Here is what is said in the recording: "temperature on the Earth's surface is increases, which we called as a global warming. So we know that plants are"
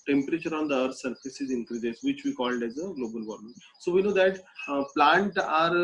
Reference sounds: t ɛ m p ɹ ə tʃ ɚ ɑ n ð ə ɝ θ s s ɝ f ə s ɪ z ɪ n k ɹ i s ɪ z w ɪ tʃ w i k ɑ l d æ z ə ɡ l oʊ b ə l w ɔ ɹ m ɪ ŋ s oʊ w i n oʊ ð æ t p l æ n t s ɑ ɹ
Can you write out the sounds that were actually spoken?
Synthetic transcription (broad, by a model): t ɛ m p ɹ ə tʃ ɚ ɑ n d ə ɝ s s ɝ f ə s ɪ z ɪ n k ɹ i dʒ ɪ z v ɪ tʃ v i k ɑ l d æ z ə ɡ l oʊ b ə l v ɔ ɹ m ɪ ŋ s oʊ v i n oʊ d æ t p l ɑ n t ɑ ɹ